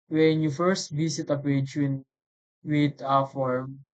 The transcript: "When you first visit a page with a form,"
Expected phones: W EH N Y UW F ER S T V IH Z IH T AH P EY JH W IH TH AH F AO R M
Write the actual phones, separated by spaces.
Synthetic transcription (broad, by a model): W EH N Y UW F ER S T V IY S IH T AH P EY JH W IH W AH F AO R M